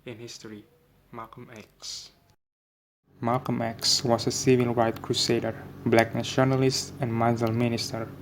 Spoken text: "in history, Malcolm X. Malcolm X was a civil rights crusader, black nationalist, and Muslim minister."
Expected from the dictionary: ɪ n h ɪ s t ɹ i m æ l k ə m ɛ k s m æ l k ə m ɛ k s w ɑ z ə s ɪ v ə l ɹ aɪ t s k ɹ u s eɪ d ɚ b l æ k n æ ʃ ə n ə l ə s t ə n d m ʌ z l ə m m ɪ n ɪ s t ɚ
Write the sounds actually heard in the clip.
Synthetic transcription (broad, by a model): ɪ n h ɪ s t ɹ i m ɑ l k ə m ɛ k s m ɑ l k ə m ɛ k s w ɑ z ə s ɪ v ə l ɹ aɪ t k ɹ u s eɪ d ɚ b l æ k n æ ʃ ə n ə l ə s t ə n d m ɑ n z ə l m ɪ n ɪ s t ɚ